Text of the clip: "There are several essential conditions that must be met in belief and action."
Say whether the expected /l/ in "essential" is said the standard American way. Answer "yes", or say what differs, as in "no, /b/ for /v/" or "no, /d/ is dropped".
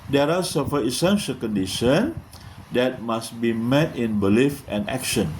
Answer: yes